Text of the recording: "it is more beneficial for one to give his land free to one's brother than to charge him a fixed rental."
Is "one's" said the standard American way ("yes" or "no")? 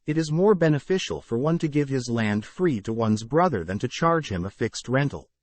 yes